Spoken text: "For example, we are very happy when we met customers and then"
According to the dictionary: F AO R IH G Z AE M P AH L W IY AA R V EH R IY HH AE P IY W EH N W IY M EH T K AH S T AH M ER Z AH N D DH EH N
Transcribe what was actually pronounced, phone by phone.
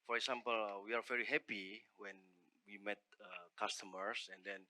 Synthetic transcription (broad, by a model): F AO R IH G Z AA M P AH L W IY AA R V EH R IY HH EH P IY W EH N W IY M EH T K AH S T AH M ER S AH N D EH N